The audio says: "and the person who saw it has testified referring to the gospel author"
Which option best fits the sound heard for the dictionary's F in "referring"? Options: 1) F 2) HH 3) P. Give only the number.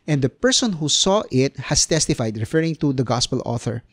1